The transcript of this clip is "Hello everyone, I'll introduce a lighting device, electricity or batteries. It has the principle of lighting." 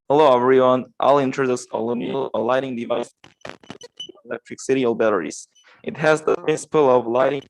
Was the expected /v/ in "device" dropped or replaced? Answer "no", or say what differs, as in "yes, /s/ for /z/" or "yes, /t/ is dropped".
no